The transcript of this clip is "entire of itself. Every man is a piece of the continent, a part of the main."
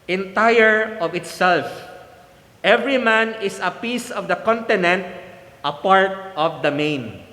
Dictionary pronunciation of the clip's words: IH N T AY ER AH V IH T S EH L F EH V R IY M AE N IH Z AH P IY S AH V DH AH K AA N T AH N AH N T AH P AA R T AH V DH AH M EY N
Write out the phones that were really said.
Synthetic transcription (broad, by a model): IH N T AY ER AH V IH T S EH L F EH V R IY M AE N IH S AH P IY S AH V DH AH K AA N T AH N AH N T AH P AA R T AH V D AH M EY N